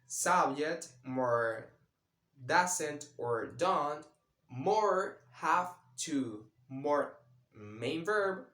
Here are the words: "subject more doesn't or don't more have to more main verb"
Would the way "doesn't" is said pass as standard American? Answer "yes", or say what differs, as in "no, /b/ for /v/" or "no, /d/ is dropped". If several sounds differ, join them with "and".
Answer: no, /s/ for /z/